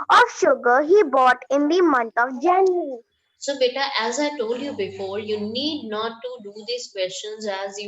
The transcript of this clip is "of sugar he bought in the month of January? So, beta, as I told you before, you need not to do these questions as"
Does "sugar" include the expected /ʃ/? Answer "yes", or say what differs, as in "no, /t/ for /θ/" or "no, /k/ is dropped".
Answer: yes